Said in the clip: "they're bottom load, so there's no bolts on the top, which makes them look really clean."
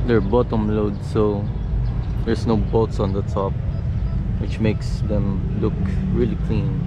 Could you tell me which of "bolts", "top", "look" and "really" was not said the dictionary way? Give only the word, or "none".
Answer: bolts